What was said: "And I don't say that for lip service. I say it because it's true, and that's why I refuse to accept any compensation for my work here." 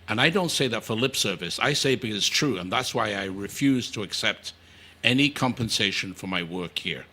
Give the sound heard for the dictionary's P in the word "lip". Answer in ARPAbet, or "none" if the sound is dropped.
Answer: P